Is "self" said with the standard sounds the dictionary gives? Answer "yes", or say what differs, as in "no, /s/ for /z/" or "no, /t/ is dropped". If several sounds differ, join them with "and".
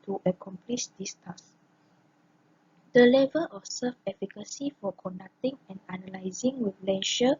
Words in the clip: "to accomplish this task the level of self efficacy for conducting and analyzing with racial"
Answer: no, /l/ is dropped